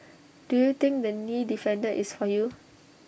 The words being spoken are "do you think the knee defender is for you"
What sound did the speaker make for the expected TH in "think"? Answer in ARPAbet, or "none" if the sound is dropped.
T